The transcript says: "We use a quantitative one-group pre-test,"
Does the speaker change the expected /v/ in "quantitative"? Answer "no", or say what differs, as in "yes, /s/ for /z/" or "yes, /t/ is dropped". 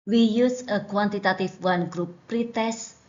yes, /f/ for /v/